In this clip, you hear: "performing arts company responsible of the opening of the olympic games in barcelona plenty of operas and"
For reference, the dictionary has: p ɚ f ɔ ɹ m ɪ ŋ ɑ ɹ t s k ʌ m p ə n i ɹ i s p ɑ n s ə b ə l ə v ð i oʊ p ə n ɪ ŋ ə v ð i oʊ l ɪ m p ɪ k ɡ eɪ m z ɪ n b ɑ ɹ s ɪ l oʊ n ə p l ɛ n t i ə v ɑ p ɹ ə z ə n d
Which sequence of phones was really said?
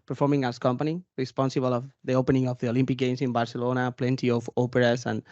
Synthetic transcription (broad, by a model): p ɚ f ɔ ɹ m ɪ ŋ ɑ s k ʌ m p ə n i ɹ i s p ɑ n s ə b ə l ə v ð i oʊ p ə n ɪ ŋ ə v ð i oʊ l ɪ m p ɪ k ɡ eɪ m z ɪ n b ɑ ɹ s ɪ l oʊ n ə p l ɛ n t i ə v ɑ p ɹ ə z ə n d